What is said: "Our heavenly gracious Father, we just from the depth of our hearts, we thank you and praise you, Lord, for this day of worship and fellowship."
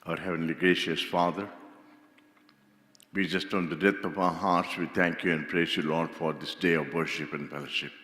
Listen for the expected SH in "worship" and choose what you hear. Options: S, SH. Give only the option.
SH